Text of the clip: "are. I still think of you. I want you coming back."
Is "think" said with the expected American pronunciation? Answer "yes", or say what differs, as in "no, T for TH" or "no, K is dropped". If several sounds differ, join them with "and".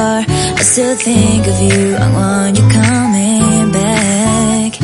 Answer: yes